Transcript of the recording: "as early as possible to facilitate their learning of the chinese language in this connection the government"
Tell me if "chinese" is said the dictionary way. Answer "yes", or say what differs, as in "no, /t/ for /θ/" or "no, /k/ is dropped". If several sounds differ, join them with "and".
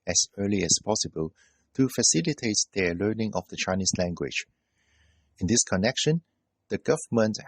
no, /s/ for /z/